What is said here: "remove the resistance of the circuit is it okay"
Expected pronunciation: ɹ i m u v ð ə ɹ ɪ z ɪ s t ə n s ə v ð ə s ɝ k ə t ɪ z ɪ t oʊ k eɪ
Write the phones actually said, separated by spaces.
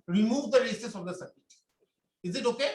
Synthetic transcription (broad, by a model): ɹ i m u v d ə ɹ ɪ s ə s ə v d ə s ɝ ə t ɪ z ɪ t oʊ k eɪ